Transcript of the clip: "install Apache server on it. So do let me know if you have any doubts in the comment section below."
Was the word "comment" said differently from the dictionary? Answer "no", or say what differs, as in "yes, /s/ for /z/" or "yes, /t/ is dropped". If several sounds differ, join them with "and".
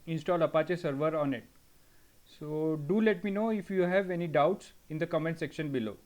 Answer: no